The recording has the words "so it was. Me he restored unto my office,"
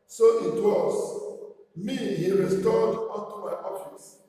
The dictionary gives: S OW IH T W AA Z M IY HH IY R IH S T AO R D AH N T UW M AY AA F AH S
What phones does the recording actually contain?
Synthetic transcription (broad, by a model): S OW IH T W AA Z M IY HH IY R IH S T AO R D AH T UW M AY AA F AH S